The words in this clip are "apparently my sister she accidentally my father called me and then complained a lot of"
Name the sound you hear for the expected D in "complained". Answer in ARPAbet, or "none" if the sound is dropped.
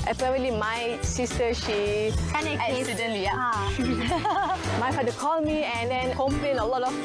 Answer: none